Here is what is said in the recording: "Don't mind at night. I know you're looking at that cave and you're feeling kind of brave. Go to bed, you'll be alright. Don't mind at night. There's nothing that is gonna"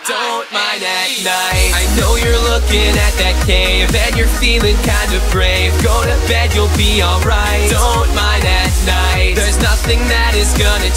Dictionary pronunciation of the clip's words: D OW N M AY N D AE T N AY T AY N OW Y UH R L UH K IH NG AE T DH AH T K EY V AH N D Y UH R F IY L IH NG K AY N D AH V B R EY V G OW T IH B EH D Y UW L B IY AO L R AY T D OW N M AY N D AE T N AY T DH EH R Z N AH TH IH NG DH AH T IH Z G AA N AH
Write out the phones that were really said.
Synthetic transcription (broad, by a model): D OW N M AY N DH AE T N AY T AY N OW Y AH R L UH K IH NG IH T DH AH T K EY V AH N Y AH R F IY L IH NG K AY N D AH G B R EY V G OW T IH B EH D Y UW L B IY AO L R AY T D OW N M AY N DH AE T N AY T DH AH R Z N AH TH IH NG DH AH T IH Z G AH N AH